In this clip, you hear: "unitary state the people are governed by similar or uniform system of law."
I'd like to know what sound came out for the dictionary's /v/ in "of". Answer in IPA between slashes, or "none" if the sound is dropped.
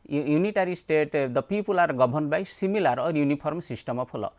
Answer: /p/